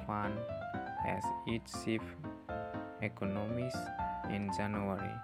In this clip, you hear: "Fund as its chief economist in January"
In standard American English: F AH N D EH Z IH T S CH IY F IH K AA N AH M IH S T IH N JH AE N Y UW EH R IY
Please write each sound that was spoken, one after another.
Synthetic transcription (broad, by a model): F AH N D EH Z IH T S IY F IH K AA N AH M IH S IH N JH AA N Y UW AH R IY